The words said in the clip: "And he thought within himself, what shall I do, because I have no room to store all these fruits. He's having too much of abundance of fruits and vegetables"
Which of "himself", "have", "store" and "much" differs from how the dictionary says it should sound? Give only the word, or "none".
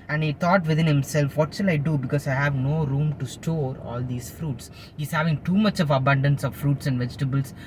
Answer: none